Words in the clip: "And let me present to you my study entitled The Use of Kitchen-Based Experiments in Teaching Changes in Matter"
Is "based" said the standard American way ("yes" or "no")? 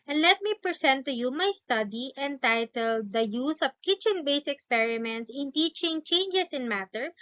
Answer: no